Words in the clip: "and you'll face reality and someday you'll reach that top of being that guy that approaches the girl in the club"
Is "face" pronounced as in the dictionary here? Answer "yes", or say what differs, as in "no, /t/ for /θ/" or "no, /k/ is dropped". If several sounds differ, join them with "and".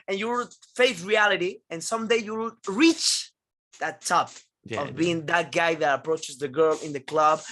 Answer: no, /θ/ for /s/